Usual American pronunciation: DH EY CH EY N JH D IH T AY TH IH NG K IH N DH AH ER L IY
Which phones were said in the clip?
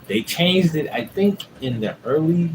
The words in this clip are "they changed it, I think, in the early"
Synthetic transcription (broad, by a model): DH EY CH EY N JH D IH T AY TH IH NG K IH N DH AH ER L IY